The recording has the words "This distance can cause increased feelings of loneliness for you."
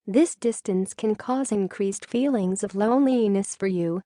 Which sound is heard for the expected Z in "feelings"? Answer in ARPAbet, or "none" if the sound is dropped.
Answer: Z